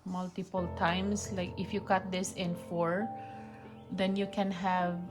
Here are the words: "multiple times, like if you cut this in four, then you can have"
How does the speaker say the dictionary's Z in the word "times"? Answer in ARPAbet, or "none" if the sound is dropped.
S